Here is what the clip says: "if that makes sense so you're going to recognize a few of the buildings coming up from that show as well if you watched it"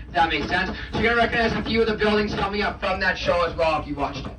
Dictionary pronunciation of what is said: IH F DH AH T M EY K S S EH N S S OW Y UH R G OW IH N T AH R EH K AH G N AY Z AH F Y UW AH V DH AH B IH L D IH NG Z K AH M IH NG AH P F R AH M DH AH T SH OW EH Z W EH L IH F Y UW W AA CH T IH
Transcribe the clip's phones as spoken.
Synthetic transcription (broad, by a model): DH AH T M EY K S S EH N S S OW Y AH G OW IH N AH R EH K AH G N AY Z AH F Y UW AH V DH AH B IH L D IH NG Z K AH M IH NG AH P F R AH M DH AH T SH OW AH Z W EH L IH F Y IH W AA CH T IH